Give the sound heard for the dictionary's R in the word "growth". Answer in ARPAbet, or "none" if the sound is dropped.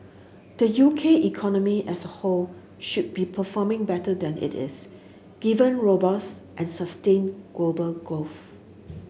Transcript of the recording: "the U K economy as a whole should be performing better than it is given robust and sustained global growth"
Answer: none